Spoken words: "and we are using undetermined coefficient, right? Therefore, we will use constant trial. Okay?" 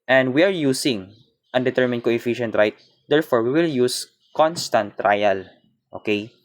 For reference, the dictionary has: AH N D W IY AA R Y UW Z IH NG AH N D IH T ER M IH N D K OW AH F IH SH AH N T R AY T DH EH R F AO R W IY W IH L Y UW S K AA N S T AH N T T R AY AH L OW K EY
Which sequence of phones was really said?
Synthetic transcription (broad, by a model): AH N D W IY AA R Y UW S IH NG AH N D IH T ER M IH N D K OW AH F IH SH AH N T R AY T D EH R F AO R W IY W IH L Y UW S K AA N S T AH N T T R AY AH L OW K EY